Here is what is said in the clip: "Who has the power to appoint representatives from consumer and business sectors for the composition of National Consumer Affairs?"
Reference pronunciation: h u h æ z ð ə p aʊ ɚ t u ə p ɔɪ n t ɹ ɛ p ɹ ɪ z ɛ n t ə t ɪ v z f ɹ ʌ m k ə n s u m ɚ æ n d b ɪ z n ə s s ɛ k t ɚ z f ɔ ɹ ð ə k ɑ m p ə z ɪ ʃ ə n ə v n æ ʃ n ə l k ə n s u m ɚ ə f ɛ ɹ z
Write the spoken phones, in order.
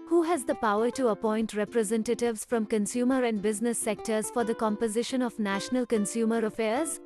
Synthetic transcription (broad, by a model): h u h æ z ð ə p aʊ ɚ t u ə p ɔɪ n t ɹ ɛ p ɹ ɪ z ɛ n t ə t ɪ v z f ɹ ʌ m k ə n s u m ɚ æ n d b ɪ z n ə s s ɛ k t ɚ z f ɔ ɹ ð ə k ɑ m p ə z ɪ ʃ ə n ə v n æ ʃ n ə l k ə n s u m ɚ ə f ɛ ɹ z